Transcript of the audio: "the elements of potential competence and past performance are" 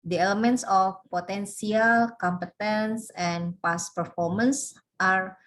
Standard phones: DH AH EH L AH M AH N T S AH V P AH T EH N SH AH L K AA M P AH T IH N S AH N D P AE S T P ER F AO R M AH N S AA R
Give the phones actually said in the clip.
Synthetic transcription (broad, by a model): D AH EH L AH M AH N T S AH F P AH T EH N S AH L K AA M P AH T IH N S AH N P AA S P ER F AO R M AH N S AA R